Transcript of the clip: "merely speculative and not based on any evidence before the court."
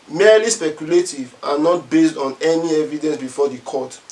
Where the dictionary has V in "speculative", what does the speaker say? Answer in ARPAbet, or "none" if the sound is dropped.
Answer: V